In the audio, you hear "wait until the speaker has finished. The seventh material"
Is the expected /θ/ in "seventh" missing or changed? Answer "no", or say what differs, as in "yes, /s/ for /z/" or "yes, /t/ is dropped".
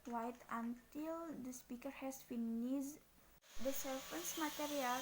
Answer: yes, /s/ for /θ/